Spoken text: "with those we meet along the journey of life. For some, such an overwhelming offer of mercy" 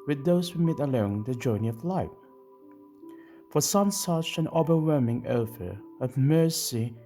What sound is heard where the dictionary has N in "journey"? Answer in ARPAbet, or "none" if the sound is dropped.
N